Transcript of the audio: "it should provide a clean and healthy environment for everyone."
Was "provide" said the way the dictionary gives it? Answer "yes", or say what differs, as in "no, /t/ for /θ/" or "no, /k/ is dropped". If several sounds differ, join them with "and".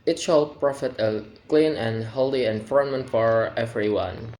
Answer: no, /f/ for /v/